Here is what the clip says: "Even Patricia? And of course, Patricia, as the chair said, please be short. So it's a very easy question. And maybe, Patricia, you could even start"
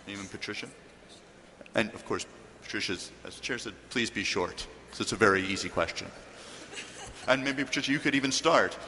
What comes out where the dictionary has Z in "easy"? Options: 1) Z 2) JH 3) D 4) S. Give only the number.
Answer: 1